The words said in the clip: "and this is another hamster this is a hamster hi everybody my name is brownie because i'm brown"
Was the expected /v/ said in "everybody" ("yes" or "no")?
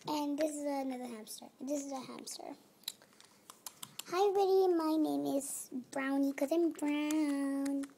no